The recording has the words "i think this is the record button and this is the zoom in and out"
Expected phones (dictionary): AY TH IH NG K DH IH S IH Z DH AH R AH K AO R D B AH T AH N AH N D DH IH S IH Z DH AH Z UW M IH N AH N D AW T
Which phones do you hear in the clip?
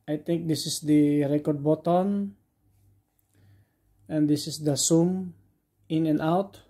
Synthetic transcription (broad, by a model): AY T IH NG K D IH S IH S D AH R AH K AO R D B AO T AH N AH N D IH S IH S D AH S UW M IH N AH N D AW T